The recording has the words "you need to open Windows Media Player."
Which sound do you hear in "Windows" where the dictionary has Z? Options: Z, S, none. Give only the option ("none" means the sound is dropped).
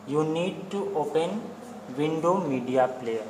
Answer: none